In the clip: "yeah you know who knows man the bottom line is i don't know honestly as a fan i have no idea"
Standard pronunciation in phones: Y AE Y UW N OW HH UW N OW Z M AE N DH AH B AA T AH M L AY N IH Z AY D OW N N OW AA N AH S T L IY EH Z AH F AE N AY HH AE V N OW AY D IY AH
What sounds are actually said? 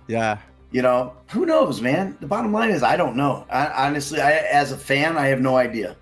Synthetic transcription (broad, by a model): Y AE Y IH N OW HH UW N OW Z M AE N DH AH B AA T AH M L AY N IH Z AY D OW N N OW AA N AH S T L IY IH Z AH F AE N AY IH V N OW AY D IY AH